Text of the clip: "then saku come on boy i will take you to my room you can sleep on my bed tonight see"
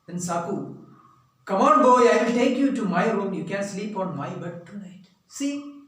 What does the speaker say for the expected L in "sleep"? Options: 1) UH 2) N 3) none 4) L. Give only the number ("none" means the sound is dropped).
4